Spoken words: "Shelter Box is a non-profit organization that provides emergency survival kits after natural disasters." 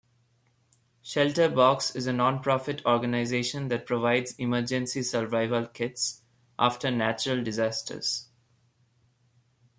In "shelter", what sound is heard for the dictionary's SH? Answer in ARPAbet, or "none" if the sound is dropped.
SH